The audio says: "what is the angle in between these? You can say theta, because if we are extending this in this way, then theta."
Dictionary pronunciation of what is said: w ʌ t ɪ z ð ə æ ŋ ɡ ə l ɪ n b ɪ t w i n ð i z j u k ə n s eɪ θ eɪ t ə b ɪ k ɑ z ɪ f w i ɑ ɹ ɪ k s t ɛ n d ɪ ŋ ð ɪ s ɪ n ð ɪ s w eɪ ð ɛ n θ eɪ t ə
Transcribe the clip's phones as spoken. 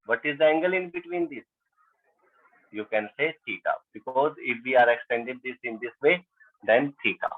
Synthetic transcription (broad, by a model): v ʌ t ɪ z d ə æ ŋ ɡ ə l ɪ n b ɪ t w i n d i s j u k ə n s eɪ t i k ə b ɪ k ɑ z ɪ f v i ɑ ɹ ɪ k s t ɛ n d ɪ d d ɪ s ɪ n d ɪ s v eɪ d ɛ n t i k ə